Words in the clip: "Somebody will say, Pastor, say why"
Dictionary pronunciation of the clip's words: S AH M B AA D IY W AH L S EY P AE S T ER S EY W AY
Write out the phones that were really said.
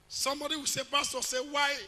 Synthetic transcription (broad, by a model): S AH M B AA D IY W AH S EY B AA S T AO S EY W AY